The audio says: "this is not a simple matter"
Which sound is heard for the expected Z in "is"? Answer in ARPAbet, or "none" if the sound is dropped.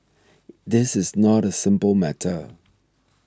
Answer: Z